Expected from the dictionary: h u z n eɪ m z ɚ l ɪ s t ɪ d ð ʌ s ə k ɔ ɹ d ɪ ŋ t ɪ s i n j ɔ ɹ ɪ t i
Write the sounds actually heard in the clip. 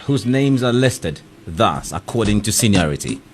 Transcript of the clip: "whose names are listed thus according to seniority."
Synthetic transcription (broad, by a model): h u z n eɪ m z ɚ l ɪ s t ɪ d ð ʌ s ə k ɔ ɹ d ɪ ŋ t ɪ s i n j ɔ ɹ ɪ t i